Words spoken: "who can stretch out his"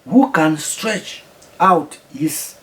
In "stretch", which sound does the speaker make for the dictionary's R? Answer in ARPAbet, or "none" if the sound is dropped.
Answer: R